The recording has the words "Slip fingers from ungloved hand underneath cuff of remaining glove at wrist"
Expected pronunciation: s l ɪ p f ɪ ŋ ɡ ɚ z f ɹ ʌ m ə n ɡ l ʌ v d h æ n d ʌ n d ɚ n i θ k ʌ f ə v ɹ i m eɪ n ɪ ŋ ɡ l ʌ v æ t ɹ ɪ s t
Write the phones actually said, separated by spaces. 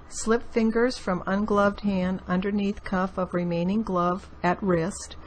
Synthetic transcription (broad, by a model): s l ɪ p f ɪ ŋ ɡ ɚ z f ɹ ʌ m ə n ɡ l ʌ v d h æ n d ʌ n d ɚ n i θ k ʌ f ə v ɹ i m eɪ n ɪ ŋ ɡ l ʌ v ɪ t ɹ ɪ s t